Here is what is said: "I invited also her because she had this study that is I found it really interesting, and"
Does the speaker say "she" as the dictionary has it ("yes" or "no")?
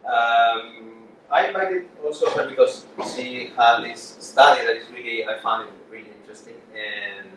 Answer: no